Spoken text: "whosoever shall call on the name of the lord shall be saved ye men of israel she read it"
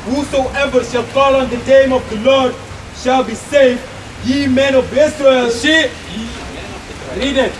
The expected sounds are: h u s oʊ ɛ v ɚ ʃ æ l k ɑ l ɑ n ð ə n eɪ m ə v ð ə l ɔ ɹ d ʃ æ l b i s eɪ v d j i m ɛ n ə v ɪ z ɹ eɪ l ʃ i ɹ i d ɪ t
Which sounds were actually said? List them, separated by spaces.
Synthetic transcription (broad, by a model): h u s oʊ ɛ v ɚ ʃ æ l k ɑ l ɑ n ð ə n eɪ m ə v ð ə l ɔ ɹ d ʃ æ l b i s eɪ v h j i m ɛ n ə v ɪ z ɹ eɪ l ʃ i ɹ i d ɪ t